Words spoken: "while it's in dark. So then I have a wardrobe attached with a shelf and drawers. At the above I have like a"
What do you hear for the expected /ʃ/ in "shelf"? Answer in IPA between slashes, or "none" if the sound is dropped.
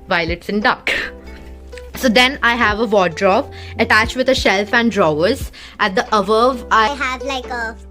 /ʃ/